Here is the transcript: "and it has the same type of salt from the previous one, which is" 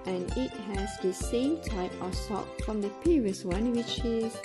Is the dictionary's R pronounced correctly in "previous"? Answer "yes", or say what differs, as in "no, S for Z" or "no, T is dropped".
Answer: no, R is dropped